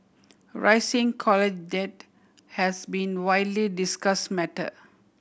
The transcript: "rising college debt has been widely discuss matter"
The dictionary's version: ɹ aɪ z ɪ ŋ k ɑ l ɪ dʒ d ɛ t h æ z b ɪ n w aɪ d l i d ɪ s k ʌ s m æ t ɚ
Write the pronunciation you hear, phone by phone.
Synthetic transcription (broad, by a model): ɹ aɪ s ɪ ŋ k ɑ l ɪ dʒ d ɛ t h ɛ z b ɪ n w aɪ d l i d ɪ s k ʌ s m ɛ t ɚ